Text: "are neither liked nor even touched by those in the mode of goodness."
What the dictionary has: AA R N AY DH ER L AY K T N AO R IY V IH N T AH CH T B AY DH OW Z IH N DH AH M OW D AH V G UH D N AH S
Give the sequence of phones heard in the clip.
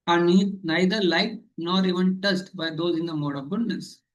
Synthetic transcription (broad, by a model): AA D N AY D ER L AY T N AO R IY V IH N T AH S T B AY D OW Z IH N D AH M OW D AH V G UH D N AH S